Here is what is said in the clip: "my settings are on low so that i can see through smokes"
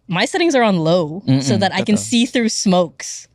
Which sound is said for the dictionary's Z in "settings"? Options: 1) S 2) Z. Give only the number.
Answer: 2